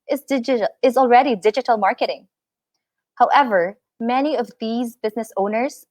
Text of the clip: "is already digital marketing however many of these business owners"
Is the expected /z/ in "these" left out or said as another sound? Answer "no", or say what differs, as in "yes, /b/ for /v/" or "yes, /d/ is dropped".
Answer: no